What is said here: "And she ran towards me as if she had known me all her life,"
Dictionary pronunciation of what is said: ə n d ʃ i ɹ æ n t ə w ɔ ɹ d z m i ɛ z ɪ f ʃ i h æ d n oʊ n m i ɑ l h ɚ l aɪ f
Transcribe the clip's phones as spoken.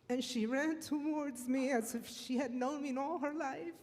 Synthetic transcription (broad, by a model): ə n ʃ i ɹ æ n t ə w ɔ ɹ d z m i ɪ z ɪ f ʃ i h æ d n oʊ n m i ɑ l h ɚ l aɪ f